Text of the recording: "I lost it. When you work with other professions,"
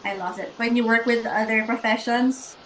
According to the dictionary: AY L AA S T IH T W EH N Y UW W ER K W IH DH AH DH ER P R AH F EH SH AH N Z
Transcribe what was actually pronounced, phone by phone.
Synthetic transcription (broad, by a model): AY L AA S IH T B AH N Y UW W ER K W IH DH AH DH ER P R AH F EH SH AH N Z